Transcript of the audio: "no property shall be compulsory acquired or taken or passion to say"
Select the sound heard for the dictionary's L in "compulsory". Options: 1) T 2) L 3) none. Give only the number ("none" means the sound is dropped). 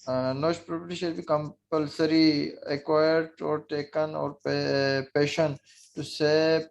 2